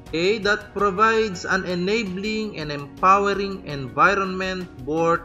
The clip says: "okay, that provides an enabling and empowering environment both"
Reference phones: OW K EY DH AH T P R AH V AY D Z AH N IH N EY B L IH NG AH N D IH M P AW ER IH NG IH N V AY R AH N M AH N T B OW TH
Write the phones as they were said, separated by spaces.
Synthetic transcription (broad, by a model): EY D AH T P R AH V AY D S AH N IH N EY B L IH NG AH N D IH M P AW ER IH NG IH N V AY R AH N M AH N T B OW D